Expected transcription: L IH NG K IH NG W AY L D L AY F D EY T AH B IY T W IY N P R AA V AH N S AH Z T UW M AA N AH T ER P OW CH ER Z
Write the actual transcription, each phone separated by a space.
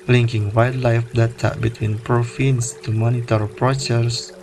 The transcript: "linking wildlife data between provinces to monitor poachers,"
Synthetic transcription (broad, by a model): L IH NG K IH NG W AY D L AY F D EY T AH B IY T W IY N P R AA F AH N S T UW M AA N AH T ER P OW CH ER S